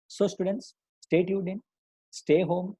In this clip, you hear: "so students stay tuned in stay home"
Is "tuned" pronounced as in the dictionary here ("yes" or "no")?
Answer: no